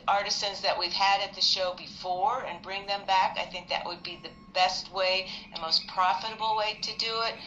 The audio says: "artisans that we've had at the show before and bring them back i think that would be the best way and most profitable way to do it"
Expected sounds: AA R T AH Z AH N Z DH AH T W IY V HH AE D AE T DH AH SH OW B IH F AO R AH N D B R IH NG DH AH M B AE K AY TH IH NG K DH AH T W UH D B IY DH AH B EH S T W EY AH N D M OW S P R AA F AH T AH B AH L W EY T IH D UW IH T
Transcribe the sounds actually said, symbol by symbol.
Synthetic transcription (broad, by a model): AA R T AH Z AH N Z DH AH T W IY V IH D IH T DH AH SH OW B IH F AO R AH N B R IH NG DH AH M B AE K AY TH IH NG K DH AH T W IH D B IY DH AH B EH S T W EY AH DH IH M OW S P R AA F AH T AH B L W EY T IH D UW IH T